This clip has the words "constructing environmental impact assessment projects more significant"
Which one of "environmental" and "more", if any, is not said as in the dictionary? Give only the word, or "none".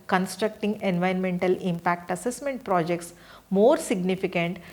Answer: environmental